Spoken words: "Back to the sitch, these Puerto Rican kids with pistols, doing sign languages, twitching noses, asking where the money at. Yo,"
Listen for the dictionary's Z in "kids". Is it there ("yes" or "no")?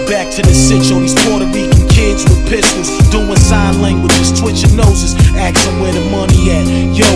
yes